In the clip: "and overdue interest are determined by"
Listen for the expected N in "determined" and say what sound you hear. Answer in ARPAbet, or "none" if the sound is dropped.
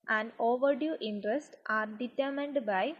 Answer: N